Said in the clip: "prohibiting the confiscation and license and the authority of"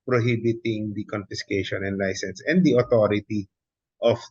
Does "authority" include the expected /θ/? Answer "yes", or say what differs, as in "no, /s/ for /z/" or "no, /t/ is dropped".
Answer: no, /t/ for /θ/